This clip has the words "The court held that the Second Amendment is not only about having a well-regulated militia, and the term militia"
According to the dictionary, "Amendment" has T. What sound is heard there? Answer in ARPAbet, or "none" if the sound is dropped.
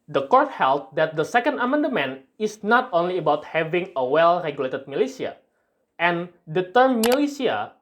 none